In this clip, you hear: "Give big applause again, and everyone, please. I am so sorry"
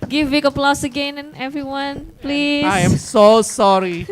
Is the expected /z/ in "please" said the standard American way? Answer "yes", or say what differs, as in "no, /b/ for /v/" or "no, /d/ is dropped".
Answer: no, /z/ is dropped